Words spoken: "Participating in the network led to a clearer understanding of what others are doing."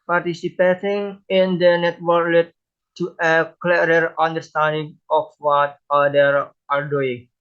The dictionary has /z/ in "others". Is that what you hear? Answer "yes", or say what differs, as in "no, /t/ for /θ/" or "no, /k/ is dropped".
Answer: no, /z/ is dropped